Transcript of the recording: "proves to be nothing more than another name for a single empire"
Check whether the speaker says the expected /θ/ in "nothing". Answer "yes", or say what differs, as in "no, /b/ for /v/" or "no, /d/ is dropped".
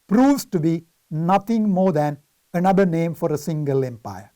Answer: no, /t/ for /θ/